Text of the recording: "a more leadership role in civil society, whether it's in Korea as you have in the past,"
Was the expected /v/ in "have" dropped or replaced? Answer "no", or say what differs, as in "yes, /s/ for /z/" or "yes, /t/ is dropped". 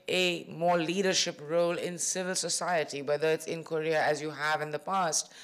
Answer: no